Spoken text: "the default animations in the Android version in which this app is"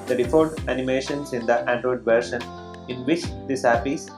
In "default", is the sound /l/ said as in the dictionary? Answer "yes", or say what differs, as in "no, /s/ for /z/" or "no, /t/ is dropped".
no, /l/ is dropped